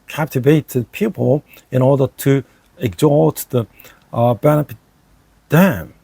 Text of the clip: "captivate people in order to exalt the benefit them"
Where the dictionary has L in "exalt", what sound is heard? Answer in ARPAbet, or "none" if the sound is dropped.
none